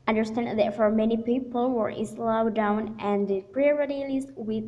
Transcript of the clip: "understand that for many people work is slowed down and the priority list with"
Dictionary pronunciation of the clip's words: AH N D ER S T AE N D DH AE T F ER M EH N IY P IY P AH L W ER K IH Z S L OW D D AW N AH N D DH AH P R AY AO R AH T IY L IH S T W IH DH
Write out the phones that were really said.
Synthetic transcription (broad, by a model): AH N D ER S T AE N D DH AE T F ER M EH N IY P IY P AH L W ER IH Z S L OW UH D AW N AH N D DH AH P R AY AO R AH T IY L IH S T W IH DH